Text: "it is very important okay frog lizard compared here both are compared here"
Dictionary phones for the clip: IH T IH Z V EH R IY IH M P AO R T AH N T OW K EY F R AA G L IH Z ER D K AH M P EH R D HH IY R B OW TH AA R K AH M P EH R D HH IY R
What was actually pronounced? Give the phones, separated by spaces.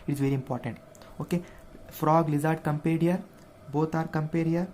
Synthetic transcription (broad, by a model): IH T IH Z V EH R IY IH M P AO R T AH N T OW K EY F R AA G L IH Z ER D K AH M P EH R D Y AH R B OW T AA R K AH M P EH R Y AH R